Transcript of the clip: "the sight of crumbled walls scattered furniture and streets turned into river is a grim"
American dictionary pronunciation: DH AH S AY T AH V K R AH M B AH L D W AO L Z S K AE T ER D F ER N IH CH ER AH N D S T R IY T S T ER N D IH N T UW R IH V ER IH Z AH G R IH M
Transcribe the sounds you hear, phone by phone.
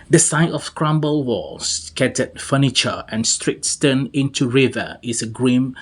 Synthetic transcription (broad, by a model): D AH S AY T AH F K R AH M B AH L W AO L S K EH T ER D F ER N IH CH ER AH N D S T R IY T S T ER N IH N T UW R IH V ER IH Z AH G R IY M